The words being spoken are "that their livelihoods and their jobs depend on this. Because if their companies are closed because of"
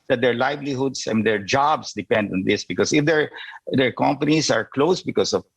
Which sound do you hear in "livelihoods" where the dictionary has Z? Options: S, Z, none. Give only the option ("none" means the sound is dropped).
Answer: S